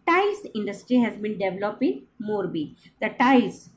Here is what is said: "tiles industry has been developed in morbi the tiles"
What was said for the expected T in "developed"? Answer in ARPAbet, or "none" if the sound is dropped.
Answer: none